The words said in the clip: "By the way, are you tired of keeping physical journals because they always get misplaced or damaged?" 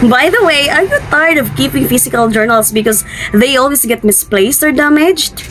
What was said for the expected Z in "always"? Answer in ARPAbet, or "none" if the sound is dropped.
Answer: S